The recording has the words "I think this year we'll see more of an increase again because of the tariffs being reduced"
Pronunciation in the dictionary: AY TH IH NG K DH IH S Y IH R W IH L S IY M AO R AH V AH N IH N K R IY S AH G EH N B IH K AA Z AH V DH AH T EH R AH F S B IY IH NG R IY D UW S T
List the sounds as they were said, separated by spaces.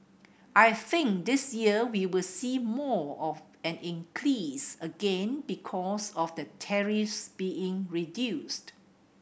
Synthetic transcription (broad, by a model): AY TH IH NG K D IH S Y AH W W IH L S IY M AO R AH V AH N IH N K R IY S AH G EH N B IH K AA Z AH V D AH T EH R AH F S B IY IH NG R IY D UW S T